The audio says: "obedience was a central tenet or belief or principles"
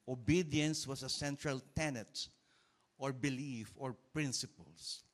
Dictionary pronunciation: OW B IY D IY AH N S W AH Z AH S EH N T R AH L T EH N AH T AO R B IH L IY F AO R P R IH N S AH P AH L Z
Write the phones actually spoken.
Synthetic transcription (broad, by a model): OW B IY D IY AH N S W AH S AH S EH N T R AH L T EH N AH T AO R B IH L IY F AO R P R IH N S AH P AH L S